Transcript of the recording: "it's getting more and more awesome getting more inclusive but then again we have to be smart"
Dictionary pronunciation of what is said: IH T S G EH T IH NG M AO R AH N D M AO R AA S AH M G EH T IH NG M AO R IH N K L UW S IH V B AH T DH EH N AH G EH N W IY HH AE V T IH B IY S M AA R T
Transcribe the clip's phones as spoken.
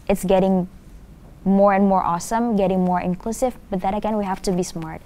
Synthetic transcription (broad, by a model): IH T S G EH T IH NG M AO R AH N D M AO R AA S AH M G EH T IH NG M AO R IH N K L UW S IH V B AH T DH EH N AH G EH N W IY HH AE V T IH B IY S M AA R T